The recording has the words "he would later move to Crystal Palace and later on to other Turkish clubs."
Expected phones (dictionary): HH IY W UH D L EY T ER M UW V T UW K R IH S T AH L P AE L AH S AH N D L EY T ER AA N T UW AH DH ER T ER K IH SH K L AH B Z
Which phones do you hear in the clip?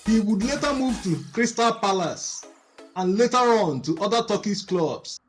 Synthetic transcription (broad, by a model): HH IY W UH D L EY T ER M UW V T UW K R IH S T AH L P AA L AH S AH N L EY T ER AA N T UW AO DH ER T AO K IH S K L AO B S